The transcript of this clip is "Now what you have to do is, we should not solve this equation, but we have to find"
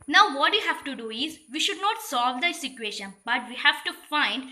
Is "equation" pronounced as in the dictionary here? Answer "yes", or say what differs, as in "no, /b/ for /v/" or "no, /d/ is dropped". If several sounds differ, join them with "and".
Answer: no, /ʃ/ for /ʒ/